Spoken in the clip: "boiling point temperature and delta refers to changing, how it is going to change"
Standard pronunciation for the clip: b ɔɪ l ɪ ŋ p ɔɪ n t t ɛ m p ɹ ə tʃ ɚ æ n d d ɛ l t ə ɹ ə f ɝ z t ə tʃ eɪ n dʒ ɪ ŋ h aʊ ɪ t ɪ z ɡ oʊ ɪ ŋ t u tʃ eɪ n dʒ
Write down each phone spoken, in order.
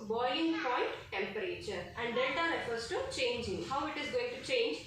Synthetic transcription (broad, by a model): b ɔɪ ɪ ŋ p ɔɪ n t t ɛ m p ɹ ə tʃ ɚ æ n d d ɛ t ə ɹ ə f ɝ s t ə tʃ eɪ n dʒ ɪ ŋ h aʊ ɪ t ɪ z ɡ oʊ ɪ ŋ t u tʃ eɪ n dʒ